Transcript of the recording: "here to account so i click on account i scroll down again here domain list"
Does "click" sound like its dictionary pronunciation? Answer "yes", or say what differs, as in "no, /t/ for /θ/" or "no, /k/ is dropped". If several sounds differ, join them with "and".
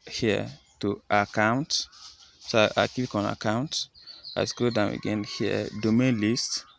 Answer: no, /l/ is dropped